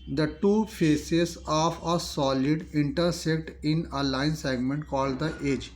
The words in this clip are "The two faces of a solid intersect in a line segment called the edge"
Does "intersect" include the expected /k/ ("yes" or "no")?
yes